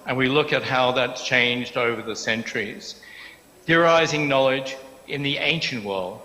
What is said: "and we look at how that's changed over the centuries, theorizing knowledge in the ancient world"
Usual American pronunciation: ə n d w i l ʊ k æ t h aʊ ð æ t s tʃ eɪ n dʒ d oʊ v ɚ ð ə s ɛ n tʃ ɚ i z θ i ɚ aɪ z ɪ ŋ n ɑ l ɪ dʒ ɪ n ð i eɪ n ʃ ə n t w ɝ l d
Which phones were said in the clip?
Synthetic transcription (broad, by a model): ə n w i l ʊ k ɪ t h aʊ ð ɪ t tʃ eɪ n dʒ d oʊ v ɚ ð ə s ɛ n tʃ ɚ i z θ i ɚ aɪ z ɪ ŋ n ɑ l ɪ dʒ ɪ n ð i eɪ n ʃ ə n t w ɝ l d